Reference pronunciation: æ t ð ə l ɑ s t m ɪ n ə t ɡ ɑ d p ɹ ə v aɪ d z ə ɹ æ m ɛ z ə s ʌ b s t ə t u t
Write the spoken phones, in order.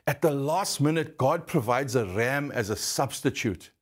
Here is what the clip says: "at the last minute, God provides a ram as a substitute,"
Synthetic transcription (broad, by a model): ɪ t ð ə l ɑ s t m ɪ n ə t ɡ ɑ d p ɹ ə v aɪ d z ə ɹ æ m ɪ z ə s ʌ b s t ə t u t